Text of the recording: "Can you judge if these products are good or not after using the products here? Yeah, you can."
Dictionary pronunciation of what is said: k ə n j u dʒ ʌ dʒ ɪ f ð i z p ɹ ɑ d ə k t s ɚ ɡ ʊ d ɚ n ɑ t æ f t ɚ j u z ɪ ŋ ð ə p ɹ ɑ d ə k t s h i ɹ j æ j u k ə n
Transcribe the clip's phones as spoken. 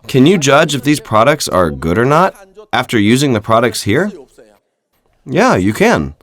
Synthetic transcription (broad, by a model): k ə n j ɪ dʒ ʌ dʒ ɪ f ð i z p ɹ ɑ d ə k t s ɚ ɡ ʊ d ɚ n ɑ t æ f t ɚ j u z ɪ ŋ ð ə p ɹ ɑ d ə k t s h i ɹ j æ j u k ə n